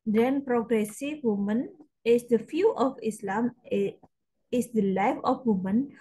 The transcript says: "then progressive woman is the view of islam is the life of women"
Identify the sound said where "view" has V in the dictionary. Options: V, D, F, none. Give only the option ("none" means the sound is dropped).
F